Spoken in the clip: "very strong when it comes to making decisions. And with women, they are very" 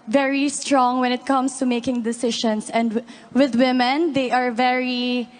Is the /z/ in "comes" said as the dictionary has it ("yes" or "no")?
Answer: no